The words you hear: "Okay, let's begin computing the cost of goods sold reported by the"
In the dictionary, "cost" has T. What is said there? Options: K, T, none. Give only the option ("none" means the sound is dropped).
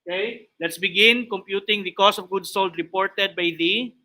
none